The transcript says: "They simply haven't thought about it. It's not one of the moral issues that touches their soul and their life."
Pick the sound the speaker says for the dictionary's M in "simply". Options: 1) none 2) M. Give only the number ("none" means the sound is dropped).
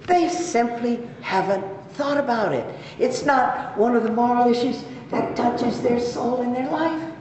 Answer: 2